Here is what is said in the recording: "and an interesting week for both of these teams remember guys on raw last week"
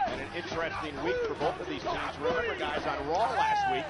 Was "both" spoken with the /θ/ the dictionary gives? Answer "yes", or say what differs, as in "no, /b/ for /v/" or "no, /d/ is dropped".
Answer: yes